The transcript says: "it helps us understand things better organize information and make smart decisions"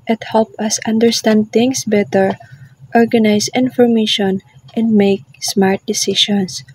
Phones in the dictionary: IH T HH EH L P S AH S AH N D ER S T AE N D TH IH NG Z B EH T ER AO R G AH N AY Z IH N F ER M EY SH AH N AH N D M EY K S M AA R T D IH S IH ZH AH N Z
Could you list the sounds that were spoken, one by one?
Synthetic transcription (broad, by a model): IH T HH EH L P AH S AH N D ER S T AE N D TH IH NG S B EH T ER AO R G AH N AY S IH N F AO M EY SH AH N AH N D M EY K S M AA R T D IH S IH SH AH N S